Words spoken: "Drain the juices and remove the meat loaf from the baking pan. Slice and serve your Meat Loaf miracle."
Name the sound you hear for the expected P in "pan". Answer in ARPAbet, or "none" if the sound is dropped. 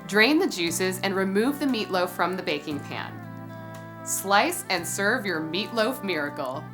P